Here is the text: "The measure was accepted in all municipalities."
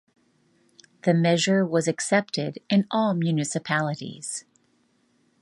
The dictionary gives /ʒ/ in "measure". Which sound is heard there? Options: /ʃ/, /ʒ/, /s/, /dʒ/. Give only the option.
/ʒ/